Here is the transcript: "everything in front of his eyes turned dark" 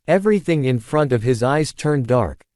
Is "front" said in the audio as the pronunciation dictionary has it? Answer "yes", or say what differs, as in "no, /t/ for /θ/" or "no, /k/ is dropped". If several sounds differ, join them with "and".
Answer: yes